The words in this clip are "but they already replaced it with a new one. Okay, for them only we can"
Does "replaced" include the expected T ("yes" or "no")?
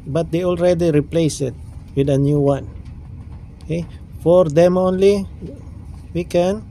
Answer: no